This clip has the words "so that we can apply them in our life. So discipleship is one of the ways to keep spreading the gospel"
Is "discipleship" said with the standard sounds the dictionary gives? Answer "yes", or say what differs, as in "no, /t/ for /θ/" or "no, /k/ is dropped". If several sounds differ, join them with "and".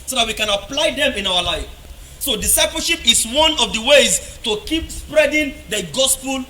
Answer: no, /l/ is dropped